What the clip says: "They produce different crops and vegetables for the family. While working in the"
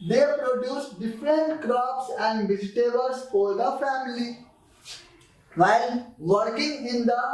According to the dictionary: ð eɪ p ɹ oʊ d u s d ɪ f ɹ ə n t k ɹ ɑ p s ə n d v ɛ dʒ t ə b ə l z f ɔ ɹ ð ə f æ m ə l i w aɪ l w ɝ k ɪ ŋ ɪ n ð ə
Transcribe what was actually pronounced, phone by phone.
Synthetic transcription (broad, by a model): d eɪ p ɹ oʊ d u s d ɪ f ɹ ə n t k ɹ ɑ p s ə n d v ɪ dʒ t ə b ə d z f ɔ ɹ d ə f æ m ə l i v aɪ l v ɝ k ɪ ŋ ɪ n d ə